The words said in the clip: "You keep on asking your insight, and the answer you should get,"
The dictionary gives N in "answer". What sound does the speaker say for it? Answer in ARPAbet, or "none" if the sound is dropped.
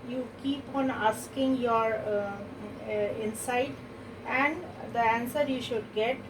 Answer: N